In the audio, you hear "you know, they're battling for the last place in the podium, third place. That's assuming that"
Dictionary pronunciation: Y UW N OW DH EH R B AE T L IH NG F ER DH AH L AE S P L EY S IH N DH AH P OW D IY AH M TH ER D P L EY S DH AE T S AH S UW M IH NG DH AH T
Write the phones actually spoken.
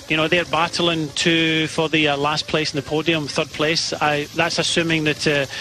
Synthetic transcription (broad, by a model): Y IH N OW DH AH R B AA T L IH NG F ER DH AH L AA S P L EY S N DH AH P OW D IY AH M TH ER D P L EY S DH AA T S AH S UW M IH NG DH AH T